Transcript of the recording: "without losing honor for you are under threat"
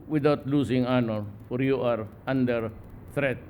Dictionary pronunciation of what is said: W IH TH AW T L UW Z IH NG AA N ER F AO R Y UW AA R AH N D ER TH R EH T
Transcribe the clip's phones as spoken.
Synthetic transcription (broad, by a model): W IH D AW T L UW S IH NG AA N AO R Y UW AA R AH N D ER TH R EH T